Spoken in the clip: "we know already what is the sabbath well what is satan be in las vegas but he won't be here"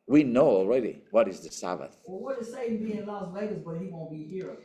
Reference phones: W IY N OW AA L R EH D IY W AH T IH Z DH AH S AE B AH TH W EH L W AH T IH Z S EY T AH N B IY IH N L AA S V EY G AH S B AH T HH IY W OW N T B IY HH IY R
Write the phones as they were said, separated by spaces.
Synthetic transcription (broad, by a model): W IY N OW AA L R EH D IY W AH T IH Z DH AH S AE B AH TH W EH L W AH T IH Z S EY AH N B IY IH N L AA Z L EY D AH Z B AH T HH IY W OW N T B IY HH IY R